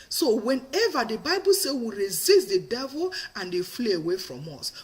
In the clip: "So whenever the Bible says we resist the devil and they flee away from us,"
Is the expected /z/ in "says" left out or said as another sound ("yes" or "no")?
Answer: yes